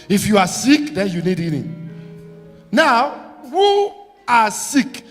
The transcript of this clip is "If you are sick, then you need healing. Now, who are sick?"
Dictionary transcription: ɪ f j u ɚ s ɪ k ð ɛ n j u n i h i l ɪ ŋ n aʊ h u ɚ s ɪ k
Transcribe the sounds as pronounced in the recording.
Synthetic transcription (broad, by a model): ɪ f j u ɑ s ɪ k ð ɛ n j u n i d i n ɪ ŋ n aʊ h u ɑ s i k